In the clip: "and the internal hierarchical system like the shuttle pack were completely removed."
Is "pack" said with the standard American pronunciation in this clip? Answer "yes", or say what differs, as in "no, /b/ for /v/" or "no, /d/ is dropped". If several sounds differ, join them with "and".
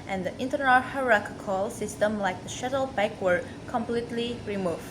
no, /b/ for /p/